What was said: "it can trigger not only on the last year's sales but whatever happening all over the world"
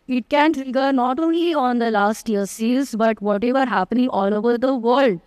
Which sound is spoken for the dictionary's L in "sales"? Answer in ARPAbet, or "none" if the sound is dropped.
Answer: none